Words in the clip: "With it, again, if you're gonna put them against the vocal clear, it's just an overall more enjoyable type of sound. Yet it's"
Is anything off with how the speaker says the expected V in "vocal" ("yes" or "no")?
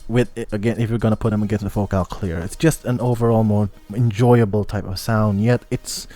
yes